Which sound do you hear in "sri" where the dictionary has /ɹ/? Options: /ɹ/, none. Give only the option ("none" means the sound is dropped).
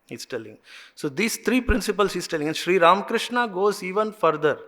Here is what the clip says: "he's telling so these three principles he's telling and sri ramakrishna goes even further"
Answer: /ɹ/